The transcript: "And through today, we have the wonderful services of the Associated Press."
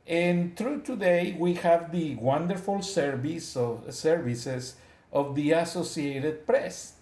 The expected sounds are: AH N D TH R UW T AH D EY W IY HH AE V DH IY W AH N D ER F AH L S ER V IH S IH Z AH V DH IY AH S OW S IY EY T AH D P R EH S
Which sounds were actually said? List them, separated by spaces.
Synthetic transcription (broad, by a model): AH N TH R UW T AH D EY W IY HH AE V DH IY W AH N D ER F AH L S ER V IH S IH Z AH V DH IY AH S OW S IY EY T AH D P R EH S